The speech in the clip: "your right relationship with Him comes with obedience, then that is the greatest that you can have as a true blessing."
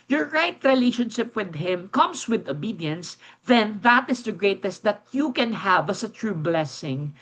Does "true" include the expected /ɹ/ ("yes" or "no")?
yes